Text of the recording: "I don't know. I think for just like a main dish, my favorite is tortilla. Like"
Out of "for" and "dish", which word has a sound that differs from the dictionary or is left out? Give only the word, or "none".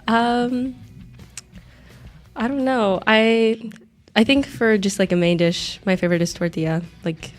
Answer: none